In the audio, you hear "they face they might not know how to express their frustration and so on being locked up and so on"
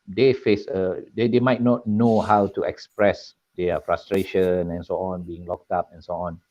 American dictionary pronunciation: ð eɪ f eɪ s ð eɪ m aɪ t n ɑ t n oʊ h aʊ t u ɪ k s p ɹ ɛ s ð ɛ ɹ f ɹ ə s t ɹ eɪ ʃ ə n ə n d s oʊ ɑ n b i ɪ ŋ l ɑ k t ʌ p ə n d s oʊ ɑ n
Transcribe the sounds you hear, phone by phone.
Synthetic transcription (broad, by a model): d eɪ f eɪ s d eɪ m aɪ t n ɑ t n oʊ h aʊ t u ɪ k s p ɹ ɛ s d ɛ f ɹ ə s t ɹ eɪ ʃ ə n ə n s oʊ ɑ n b i ɪ ŋ l ɑ k t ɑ p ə n s oʊ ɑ n